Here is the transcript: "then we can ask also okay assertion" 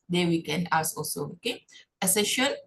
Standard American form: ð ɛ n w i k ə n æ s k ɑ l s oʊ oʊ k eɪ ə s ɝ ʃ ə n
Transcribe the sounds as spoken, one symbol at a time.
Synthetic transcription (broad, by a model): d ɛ w i k ə n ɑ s ɑ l s oʊ oʊ k eɪ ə s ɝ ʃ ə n